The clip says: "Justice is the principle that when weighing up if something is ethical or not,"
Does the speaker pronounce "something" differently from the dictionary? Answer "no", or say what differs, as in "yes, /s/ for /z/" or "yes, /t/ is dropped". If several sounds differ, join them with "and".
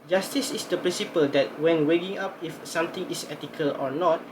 yes, /t/ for /θ/